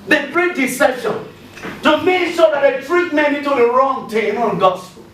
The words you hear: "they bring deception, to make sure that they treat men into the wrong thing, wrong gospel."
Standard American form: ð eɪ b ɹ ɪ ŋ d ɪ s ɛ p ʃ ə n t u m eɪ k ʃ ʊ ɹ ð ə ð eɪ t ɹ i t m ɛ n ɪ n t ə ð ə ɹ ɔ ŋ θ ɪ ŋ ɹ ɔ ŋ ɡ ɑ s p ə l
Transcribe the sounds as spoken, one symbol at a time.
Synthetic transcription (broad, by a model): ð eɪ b ɹ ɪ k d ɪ s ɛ ʃ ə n t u m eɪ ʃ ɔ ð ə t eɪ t ɹ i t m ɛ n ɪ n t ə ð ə ɹ ɔ ŋ t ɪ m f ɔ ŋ ɡ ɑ s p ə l